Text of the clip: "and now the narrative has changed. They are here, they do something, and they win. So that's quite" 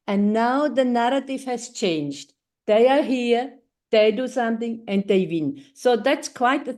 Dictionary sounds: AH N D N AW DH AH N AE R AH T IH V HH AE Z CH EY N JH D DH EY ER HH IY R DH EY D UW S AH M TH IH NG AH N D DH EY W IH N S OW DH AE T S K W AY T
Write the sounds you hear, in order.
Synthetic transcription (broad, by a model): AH N D N AW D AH N AE R AH T IH V HH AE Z CH EY N JH D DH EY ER HH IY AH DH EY D UW S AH M T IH NG AH N D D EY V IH N S OW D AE T S K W AY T